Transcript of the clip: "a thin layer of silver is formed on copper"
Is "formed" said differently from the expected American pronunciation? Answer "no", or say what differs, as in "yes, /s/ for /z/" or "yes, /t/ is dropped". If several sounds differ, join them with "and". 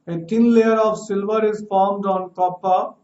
no